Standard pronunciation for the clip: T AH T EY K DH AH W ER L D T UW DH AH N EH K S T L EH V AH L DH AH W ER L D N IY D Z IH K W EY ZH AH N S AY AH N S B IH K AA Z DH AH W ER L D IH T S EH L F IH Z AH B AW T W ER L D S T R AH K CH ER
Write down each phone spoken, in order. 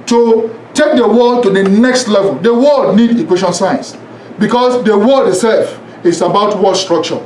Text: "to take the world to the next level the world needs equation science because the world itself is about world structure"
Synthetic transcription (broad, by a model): T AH T EY K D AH W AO T UW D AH N EH K S T L EH V AH L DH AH W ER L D N IY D IH K W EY SH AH N S AY AH N S B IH K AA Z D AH W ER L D IH T S EH L F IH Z AH B AW T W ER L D S T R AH K CH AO